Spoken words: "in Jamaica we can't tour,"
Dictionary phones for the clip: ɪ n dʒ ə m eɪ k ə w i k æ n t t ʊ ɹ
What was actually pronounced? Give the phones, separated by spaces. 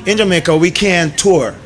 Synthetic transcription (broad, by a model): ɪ n dʒ ə m eɪ k ə w i k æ n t t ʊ ɹ